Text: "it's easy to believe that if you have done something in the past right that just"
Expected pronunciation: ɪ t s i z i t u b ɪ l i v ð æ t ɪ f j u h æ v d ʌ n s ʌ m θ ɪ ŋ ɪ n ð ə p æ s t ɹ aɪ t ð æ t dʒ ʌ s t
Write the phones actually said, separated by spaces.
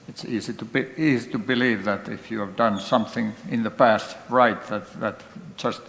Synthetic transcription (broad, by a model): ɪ t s i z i t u b ɪ l i v ð æ t ɪ f j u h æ v d ʌ n s ʌ m θ ɪ ŋ ɪ n ð ə p æ s t ɹ aɪ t ð æ t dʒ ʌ s t